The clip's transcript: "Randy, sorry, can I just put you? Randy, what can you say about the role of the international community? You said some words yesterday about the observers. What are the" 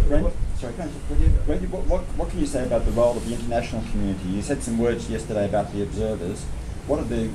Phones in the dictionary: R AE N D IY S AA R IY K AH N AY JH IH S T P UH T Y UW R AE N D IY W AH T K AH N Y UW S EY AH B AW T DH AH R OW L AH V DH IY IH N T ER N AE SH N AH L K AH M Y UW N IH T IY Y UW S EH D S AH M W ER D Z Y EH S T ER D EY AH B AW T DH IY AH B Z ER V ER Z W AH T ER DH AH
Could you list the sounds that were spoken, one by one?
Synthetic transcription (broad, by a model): R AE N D S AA R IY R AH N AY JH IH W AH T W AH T W AH T K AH N Y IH S EY AH B AW T DH AH R OW L AH V DH IY IH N T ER N AE SH N L K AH M Y UW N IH T IY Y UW S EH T S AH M W ER D Z Y EH S T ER D EY AH B AW T DH IY AH B Z ER V ER Z W AH T ER DH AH